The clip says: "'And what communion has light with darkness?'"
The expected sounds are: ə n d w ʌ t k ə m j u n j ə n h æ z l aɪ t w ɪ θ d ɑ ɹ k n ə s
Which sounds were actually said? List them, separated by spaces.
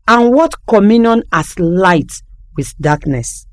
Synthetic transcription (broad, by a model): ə n w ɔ t k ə m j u n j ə n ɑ s l aɪ t w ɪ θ d ɑ k n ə s